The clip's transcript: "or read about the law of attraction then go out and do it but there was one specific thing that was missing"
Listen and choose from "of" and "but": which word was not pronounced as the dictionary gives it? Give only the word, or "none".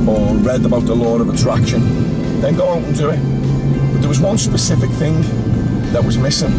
none